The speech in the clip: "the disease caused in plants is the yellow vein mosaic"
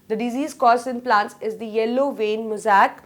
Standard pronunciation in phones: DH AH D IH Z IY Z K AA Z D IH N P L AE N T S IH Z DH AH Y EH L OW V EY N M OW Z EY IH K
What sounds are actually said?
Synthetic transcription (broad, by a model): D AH D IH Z IY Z K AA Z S IH N P L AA N T S IH Z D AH Y EH L OW V EY N M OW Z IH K